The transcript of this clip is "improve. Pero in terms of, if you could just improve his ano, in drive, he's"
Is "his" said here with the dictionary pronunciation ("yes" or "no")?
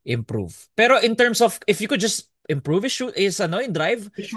no